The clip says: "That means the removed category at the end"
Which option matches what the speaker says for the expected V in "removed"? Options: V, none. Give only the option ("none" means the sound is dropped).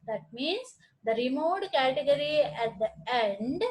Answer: none